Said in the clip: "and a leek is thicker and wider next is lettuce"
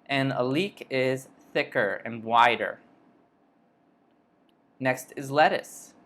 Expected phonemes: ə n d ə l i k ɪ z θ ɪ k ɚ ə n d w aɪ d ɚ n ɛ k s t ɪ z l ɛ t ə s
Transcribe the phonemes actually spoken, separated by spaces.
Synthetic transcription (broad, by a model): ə n ə l i k ɪ z θ ɪ k ɚ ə n w aɪ d ɚ n ɛ k s t ɪ z l ɛ t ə s